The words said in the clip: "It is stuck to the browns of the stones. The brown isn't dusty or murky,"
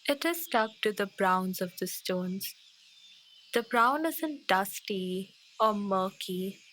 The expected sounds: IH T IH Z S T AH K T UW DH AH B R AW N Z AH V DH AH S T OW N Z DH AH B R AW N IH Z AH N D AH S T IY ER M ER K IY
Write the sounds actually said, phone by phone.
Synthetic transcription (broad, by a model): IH T IH Z S T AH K T UW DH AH B R AW N Z AH V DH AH S T OW N Z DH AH B R AW N IH Z AH N D AH S T IY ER M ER K IY